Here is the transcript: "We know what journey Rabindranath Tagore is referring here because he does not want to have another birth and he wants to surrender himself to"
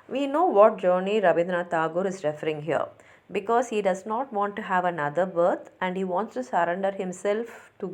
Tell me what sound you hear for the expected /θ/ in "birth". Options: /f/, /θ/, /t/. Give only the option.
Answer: /t/